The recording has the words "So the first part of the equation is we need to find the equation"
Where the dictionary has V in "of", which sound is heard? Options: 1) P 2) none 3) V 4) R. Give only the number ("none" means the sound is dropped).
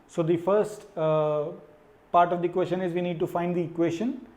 3